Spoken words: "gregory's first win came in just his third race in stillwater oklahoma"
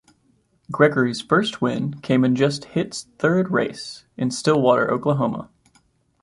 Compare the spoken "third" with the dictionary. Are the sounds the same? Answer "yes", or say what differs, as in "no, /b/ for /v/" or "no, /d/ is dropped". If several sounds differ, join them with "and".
yes